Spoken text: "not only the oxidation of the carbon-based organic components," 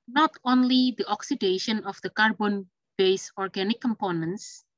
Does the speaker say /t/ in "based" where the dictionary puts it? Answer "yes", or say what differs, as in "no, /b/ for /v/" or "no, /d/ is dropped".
no, /t/ is dropped